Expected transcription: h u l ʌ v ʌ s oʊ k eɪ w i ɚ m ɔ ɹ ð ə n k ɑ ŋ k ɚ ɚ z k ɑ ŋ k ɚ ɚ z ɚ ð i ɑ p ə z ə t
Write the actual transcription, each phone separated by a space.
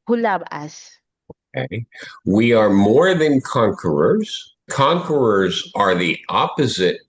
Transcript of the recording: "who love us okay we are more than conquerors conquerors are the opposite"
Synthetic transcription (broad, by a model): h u l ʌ b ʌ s oʊ k eɪ w i ɚ m ɔ ɹ ð ə n k ɑ ŋ k ɚ ɚ z k ɑ ŋ k ɚ ɚ z ɚ ð i ɑ p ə z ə t